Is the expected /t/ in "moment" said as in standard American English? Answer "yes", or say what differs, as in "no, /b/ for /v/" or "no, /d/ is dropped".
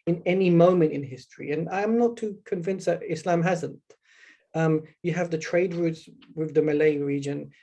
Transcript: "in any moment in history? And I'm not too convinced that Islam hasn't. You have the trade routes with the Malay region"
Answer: yes